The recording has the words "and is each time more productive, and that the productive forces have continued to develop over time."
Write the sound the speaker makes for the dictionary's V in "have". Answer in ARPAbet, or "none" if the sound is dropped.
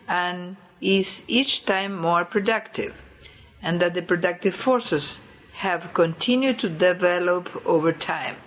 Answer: V